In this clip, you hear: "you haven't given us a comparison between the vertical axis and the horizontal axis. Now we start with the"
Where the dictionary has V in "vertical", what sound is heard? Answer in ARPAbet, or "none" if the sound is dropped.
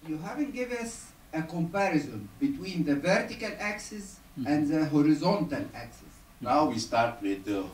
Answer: V